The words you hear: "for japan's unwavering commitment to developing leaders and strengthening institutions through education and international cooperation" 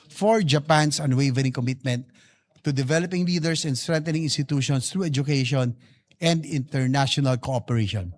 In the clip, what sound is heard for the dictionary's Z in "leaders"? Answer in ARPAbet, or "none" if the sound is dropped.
S